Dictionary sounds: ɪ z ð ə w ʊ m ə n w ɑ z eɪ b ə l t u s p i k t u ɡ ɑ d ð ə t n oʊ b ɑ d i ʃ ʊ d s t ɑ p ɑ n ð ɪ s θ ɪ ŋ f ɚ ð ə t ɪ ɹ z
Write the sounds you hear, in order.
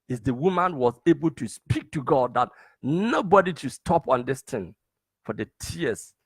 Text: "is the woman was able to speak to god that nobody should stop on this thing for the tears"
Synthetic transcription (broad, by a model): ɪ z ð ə w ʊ m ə n w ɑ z eɪ b ə l t u s p i k t u ɡ ɑ d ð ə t n oʊ b ɑ d i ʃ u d s t ɑ p ɑ n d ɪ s t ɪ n f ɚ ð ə t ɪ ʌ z